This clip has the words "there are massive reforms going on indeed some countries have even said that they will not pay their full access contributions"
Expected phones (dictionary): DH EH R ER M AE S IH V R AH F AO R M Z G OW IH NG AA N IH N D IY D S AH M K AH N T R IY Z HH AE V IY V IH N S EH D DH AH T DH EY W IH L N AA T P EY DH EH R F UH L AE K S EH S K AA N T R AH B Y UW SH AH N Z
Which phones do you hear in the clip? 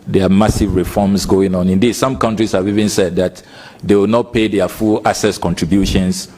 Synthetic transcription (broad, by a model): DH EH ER M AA S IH V R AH F AO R M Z G OW IH NG AA N IH N D IY D S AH M K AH N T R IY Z HH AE V IY V IH N S EH D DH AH T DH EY W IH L N AA T P EY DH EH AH F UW L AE S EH S K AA N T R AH B Y UW SH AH N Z